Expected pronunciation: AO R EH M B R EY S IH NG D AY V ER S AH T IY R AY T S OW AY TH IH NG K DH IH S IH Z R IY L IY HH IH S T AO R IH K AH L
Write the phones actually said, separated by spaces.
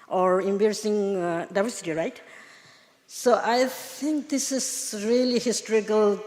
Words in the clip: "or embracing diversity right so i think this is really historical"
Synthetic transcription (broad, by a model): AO R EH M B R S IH NG D AY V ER S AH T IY R AY T S OW AY T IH NG K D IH S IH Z R IY L IY HH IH S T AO R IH K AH L